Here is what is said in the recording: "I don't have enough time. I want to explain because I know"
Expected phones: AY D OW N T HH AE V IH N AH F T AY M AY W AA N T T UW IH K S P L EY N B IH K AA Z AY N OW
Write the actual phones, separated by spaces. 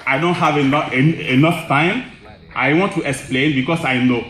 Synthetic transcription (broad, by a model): AY D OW N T HH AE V IH N AH F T AY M AY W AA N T T UW IH K S P L EY N B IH K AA S AY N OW